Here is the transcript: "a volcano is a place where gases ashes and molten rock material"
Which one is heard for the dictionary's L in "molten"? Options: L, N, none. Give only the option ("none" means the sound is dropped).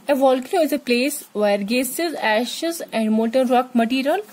none